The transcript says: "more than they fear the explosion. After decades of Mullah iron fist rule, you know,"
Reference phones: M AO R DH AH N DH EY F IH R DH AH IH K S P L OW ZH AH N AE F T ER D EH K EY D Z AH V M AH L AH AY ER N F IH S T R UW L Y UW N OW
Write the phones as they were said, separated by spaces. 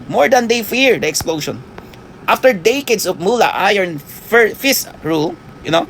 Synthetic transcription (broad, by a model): M AO R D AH N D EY F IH R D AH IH K S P L OW SH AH N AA F T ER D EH K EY D S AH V M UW L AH AY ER N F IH S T R UW L Y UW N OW